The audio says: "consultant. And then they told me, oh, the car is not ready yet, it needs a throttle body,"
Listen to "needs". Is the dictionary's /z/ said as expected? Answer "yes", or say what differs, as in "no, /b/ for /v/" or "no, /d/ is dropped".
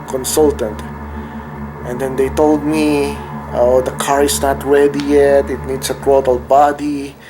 no, /s/ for /z/